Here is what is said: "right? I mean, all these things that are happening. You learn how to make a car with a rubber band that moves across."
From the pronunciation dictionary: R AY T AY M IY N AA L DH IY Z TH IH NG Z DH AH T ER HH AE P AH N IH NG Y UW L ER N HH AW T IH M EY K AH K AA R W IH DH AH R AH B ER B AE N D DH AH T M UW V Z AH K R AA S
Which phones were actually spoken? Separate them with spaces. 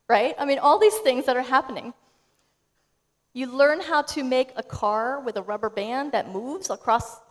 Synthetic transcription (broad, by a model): R AY T AY M IY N AA L DH IY Z TH IH NG Z DH AH T ER HH AE P AH N IH NG Y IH L ER N HH AW T IH M EY K AH K AA R W IH DH AH R AH B ER B AE N DH AH T M UW V Z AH K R AA S